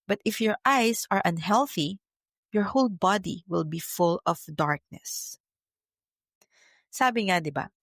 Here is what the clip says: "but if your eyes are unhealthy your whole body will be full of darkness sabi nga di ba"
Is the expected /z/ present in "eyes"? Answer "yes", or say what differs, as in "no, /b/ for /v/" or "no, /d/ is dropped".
no, /s/ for /z/